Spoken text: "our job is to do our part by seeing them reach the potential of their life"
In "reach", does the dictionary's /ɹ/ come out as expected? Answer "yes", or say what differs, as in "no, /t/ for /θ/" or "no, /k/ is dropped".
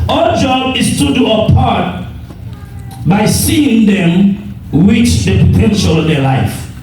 no, /w/ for /ɹ/